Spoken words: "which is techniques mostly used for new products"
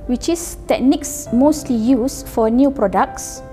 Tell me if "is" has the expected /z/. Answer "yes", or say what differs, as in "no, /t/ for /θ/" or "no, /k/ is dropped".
no, /s/ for /z/